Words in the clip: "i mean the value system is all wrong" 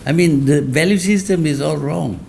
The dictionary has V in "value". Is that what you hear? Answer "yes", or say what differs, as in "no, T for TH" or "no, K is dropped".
yes